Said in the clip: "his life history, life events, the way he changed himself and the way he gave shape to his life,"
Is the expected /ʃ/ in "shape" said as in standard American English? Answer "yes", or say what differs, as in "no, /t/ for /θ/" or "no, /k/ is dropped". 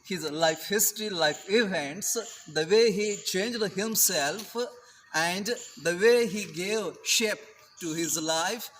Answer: yes